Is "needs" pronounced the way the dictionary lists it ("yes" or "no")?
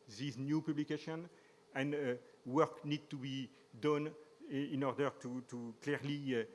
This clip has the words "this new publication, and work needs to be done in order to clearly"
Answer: no